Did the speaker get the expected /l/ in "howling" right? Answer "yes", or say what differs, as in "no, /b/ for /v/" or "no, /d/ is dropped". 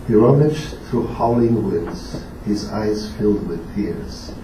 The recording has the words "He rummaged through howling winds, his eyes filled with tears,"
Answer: yes